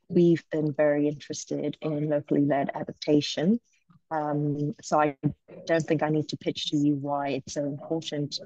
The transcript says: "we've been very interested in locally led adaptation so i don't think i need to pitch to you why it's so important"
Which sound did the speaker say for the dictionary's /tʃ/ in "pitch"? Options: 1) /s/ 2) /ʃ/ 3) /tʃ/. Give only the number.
3